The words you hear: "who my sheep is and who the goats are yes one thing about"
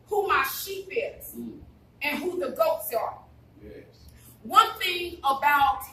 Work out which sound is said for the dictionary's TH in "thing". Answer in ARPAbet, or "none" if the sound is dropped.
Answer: TH